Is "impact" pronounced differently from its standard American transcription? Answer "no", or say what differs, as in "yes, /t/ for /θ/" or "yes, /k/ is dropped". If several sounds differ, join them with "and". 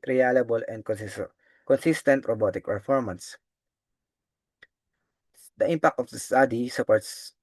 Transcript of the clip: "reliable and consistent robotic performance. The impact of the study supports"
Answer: no